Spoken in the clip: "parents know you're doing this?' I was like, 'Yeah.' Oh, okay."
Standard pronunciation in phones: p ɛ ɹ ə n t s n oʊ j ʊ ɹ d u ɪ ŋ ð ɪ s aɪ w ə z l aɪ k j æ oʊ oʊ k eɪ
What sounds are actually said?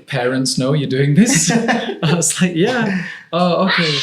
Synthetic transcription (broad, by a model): p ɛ ɹ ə n t s n oʊ j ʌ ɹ d u ɪ ŋ ð ɪ s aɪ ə s l aɪ k j æ oʊ oʊ k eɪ